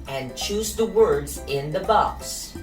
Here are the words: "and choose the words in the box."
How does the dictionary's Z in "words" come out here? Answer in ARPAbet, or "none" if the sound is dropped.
Z